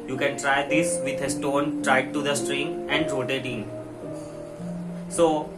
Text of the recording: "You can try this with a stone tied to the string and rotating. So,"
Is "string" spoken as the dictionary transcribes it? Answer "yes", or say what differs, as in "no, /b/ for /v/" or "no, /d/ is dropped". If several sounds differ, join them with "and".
yes